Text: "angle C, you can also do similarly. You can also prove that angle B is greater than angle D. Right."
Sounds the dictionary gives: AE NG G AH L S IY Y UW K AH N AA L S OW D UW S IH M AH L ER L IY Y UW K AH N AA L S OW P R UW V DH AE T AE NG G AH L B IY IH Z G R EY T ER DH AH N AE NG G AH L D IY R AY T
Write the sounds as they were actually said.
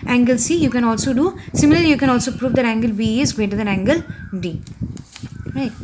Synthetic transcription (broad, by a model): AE NG G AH L S IY Y UW K AH N AA L S OW D UW S IH M AH L ER L IY Y UW K AH N AA L S OW P R UW V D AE T AE NG G AH L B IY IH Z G EY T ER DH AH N AE NG G AH L D IY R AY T